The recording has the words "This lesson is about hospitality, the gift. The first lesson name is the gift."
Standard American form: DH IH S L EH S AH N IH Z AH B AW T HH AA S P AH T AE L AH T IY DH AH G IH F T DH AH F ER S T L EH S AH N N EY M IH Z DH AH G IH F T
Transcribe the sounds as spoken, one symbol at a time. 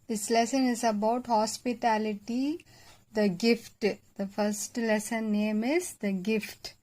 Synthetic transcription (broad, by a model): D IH S L EH S AH N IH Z AH B AW T HH AA S P AH T AE L AH T IY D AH G IH F T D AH F ER S T L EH S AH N N EY M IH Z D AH G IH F T